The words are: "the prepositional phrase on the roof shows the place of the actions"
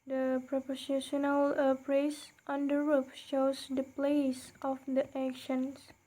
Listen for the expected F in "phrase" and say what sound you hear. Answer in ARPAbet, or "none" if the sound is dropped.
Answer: P